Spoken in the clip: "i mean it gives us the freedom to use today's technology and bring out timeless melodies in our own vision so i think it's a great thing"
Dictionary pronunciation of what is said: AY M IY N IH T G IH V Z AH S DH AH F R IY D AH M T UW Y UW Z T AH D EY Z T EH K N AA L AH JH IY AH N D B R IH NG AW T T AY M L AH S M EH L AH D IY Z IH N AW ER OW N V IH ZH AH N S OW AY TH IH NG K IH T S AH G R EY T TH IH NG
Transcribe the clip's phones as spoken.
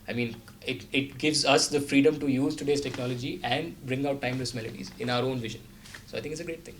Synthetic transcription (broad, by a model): AY M IY N IH T G IH V Z AH S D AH F R IY D AH M T UW Y UW Z T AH D EY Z T EH K N AA L AH JH IY AH N D B R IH NG AW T T AY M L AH S M EH L AH D IY Z IH N AW ER OW N V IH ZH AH N S OW AY T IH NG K IH T S AH G R EY T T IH NG